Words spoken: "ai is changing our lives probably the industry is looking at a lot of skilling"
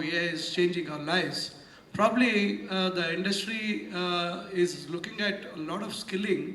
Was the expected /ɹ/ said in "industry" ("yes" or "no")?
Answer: yes